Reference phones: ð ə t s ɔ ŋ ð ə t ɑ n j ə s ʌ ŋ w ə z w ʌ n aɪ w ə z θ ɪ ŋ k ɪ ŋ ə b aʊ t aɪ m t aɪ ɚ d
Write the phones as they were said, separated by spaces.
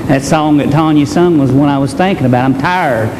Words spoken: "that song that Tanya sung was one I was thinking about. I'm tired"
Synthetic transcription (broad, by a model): ð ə t s ɔ ŋ ð ə t ɑ n j ə s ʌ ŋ w ə z w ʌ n aɪ w ə z θ ɪ ŋ k ɪ ŋ ə b aʊ t aɪ m t aɪ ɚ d